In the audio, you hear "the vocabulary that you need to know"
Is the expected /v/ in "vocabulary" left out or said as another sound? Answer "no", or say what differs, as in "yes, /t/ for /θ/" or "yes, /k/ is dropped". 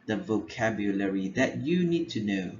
no